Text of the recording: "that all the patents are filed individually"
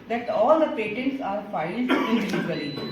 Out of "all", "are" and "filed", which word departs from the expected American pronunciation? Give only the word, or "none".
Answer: filed